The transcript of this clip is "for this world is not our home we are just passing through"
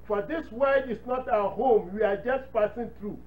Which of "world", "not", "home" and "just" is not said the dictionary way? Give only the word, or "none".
world